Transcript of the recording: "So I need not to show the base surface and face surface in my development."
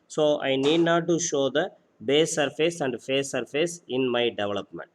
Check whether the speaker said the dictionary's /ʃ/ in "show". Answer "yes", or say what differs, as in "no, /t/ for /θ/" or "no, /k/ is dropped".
yes